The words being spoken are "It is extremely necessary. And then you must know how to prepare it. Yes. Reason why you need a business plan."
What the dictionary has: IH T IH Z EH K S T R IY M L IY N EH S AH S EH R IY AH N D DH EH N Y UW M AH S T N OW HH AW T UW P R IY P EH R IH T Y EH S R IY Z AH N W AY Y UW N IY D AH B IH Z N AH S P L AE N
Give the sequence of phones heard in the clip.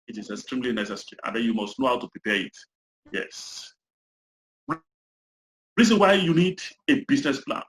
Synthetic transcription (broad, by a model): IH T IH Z EH K S T R IY M L IY N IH S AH S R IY AH N D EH N Y UW M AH S T N OW HH AW T UW P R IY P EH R IH T Y EH S R IY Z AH N W AY Y UW N IY D AH B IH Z N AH S P L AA N